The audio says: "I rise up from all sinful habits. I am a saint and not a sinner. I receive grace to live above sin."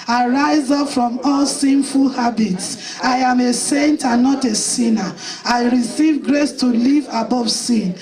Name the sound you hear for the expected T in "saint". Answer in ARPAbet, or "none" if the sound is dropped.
T